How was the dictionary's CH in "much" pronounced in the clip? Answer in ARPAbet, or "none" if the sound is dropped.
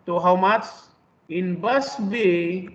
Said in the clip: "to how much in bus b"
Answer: S